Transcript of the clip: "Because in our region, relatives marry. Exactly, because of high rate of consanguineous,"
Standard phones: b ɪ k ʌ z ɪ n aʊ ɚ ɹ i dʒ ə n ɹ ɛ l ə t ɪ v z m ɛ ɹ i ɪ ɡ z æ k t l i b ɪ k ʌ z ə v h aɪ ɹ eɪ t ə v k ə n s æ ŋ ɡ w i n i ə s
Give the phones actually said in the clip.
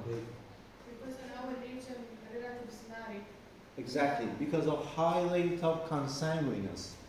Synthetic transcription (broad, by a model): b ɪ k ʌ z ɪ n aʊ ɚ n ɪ ʃ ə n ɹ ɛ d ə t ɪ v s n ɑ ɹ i ɪ ɡ z æ k t l i b ɪ k ʌ z ə v h aɪ l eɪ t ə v k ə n s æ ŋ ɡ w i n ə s